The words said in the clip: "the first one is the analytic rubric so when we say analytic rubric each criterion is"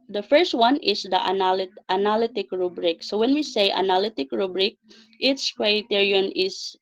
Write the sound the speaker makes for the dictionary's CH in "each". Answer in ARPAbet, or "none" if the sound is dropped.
S